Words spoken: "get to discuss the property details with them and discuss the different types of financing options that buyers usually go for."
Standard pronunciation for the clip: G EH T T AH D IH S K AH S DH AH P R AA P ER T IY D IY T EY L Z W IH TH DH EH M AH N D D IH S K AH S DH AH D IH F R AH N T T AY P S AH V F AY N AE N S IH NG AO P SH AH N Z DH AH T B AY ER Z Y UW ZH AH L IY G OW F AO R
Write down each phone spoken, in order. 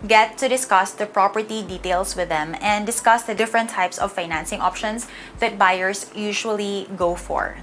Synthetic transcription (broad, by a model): G EH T T AH D IH S K AH S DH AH P R AA P ER T IY D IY T EY L S W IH DH EH M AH N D D IH S K AH S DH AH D IH F R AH N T T AY P S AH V F AY N AE N S IH NG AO P SH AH N S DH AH T B AY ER S Y UW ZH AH L IY G OW F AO R